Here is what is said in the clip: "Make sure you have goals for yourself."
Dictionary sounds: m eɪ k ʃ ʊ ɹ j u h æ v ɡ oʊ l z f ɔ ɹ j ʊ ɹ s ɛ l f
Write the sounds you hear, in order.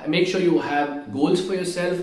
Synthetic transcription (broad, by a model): m eɪ k ʃ ʊ ɹ j u h æ v ɡ oʊ l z f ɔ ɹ j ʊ ɹ s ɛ l f